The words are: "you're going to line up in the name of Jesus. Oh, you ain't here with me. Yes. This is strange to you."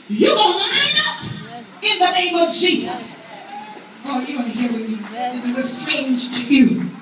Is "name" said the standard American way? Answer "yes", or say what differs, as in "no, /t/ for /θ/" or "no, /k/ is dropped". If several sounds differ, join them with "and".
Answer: yes